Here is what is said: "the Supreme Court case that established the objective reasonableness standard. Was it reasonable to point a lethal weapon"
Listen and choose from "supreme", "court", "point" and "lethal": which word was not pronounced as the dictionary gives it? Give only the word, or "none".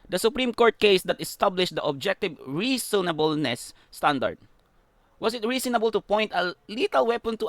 lethal